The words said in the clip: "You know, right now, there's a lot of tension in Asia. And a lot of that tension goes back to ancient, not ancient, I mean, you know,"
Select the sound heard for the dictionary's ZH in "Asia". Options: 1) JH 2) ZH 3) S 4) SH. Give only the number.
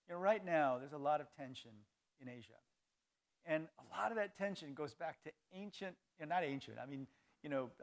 2